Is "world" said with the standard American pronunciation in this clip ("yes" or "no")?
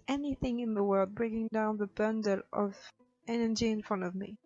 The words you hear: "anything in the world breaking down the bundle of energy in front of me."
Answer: yes